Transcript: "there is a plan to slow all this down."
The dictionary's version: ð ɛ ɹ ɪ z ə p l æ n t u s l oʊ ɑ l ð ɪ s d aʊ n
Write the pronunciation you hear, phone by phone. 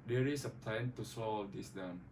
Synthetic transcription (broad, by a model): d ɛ ɹ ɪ s ə p l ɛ n t u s oʊ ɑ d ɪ s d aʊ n